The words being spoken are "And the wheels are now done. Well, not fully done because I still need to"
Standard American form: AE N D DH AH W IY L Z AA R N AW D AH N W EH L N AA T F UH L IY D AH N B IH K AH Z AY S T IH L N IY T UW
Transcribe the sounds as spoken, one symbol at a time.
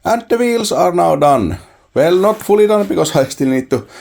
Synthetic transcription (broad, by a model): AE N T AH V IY L S AA R N AW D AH N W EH L N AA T F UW L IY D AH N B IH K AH S AY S T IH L N IY T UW